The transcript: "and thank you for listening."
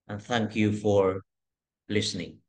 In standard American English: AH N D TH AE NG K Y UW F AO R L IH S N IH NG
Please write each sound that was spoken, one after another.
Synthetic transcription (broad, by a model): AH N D TH AE NG K Y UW F AO R L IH S N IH NG